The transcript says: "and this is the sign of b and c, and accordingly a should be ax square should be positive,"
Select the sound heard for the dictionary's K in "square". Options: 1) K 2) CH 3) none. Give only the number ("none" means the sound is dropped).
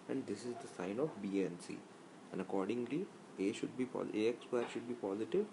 3